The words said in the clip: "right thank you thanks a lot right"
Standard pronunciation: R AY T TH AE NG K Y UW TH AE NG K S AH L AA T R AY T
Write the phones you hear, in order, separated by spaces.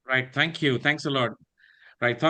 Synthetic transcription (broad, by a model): R AY T T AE NG K Y UW T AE NG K S AH L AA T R AY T